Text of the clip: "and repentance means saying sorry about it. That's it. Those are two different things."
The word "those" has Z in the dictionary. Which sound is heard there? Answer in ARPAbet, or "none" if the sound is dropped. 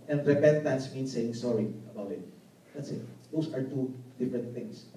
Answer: S